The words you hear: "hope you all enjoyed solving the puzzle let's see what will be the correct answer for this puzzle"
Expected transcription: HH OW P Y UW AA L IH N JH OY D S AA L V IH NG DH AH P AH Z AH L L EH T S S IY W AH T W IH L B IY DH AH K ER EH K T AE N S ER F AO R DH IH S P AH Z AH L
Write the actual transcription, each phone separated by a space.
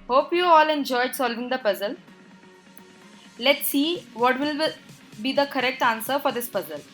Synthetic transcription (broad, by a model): HH OW P Y UW AA L IH N JH OY D S AA L V IH NG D AH P AH Z AH L L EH T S S IY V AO T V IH L B IY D AH K ER EH K T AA N S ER F AO R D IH S P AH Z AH L